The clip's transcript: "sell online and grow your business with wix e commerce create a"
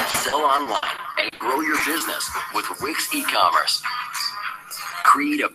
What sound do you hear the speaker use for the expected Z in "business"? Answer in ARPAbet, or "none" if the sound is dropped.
Z